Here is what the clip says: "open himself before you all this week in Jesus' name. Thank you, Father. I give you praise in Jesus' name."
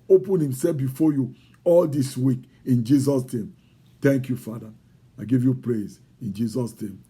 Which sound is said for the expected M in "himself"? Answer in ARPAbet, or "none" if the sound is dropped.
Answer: M